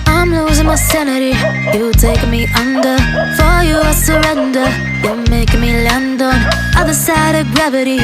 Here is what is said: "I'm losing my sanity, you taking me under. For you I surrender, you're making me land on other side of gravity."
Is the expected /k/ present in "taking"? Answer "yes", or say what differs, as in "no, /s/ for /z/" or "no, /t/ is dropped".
no, /k/ is dropped